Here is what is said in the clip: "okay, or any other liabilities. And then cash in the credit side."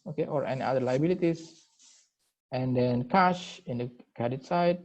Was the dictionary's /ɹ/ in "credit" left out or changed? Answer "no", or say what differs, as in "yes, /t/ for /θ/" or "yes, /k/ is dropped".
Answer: yes, /ɹ/ is dropped